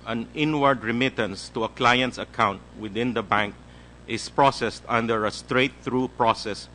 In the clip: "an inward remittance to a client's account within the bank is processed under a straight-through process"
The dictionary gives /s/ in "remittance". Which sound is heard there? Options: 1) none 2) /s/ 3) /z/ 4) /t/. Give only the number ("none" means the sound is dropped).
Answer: 2